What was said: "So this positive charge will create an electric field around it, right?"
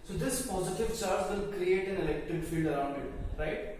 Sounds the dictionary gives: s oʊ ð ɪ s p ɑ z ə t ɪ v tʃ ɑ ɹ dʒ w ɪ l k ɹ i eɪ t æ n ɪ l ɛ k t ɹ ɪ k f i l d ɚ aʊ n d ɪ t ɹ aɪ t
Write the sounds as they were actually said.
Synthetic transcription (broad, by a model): s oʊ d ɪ s p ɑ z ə t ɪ v tʃ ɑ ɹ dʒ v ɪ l k ɹ i eɪ t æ n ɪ l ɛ k t ɪ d f i l d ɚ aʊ n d ɪ t ɹ aɪ t